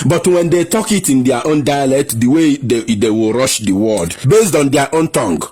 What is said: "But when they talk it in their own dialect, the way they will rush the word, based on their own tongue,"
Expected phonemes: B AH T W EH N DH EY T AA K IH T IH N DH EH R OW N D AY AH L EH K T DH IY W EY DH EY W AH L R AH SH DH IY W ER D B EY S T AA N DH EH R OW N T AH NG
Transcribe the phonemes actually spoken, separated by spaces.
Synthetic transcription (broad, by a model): B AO T W EH N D EY T AA K IH T IH N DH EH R OW N D AY AH L EH K T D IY W EY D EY W AH L R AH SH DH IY W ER D B EY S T AA N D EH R OW N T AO NG